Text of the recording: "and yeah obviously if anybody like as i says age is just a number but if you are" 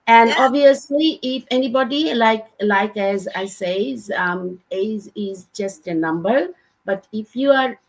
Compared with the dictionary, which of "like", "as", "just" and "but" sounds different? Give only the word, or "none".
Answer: none